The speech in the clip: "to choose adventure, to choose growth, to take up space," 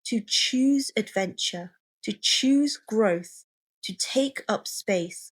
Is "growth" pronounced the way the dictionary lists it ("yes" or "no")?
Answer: yes